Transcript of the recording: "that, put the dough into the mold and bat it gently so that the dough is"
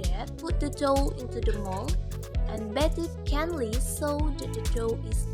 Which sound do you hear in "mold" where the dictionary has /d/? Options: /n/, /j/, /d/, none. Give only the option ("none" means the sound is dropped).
none